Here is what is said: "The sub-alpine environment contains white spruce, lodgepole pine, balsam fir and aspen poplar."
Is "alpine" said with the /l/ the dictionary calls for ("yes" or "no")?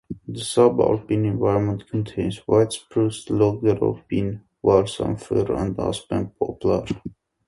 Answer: no